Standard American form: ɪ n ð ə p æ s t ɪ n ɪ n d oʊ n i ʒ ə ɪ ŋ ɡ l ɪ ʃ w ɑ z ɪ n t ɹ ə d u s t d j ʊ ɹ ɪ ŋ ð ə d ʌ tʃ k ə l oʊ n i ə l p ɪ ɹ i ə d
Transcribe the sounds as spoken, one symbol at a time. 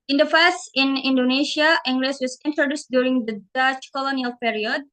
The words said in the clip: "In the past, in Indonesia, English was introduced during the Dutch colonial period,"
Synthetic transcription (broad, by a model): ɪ n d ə f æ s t ɪ n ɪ n d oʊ n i ʃ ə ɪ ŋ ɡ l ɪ s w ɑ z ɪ n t ɹ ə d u s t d j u ɹ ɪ ŋ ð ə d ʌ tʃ k ə l oʊ n i ə l p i ɹ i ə d